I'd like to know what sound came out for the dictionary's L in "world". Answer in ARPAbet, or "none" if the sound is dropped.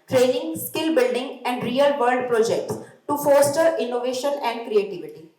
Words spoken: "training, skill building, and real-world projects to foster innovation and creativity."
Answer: none